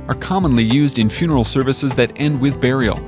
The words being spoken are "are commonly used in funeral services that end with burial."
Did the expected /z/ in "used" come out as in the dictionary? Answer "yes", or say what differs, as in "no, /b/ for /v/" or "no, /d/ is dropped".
yes